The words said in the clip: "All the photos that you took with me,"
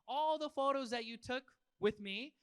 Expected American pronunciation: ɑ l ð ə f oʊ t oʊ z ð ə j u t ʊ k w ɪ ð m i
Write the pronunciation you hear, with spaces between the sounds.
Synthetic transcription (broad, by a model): ɑ l ð ə f oʊ t oʊ z ð ə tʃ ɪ t ʊ k w ɪ ð m i